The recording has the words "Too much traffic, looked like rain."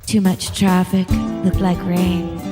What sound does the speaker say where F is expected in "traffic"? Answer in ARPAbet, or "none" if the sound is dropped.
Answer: F